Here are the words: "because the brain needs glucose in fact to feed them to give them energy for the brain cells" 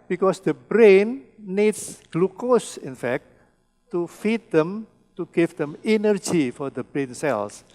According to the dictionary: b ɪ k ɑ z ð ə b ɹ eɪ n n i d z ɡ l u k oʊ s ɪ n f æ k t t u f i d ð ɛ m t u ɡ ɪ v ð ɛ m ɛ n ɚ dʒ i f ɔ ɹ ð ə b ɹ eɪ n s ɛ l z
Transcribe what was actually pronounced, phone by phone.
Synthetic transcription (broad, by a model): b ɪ k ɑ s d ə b ɹ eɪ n n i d s ɡ l u k oʊ s ɪ n f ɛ k t t u f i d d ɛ m t u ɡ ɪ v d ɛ m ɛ n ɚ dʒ i f ɔ ɹ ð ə b ɹ eɪ n s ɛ l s